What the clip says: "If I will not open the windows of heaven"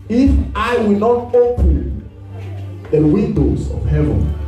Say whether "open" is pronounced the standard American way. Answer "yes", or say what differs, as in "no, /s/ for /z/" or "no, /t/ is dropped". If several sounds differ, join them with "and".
no, /p/ is dropped